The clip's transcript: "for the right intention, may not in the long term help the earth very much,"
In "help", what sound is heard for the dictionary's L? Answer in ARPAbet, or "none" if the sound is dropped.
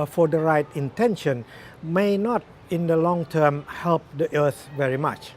L